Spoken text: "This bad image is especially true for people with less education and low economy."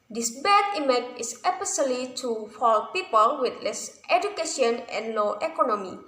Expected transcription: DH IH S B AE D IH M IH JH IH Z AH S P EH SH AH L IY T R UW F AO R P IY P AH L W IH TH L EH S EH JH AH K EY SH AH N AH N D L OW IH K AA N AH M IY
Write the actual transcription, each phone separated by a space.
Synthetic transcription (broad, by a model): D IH S B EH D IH M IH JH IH S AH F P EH S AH L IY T UW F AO L P IY P AH L W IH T L EH S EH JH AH K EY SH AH N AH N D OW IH K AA N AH M IY